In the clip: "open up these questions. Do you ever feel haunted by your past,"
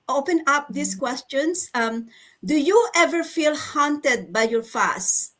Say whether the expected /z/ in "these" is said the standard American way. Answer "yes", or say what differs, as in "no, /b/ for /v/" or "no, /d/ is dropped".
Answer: no, /s/ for /z/